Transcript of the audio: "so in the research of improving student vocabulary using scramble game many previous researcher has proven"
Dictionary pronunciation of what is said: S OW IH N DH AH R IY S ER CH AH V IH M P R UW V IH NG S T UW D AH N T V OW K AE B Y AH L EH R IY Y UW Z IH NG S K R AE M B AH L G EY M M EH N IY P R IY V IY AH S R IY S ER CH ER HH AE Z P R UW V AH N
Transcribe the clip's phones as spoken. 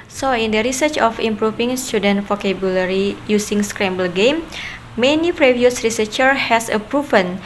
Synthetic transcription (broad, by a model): S OW IH N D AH R IY S ER CH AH F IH M P R UW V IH NG S T UW D AH N T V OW K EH B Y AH L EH R IY Y UW S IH NG S K R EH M B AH L G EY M M EH N IY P R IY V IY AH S R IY S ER CH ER HH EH S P R UW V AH N